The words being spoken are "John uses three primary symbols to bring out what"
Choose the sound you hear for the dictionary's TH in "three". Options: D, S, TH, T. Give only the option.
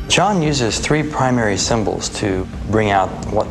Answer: TH